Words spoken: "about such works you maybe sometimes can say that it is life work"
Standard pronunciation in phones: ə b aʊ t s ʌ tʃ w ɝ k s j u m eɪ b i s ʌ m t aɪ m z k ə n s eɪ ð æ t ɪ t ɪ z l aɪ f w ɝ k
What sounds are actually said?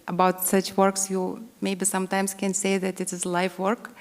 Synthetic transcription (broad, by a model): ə b aʊ t s ʌ tʃ w ɝ k s j u m eɪ b i s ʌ m t aɪ m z k ə n s eɪ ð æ t ɪ t ɪ z l aɪ f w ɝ k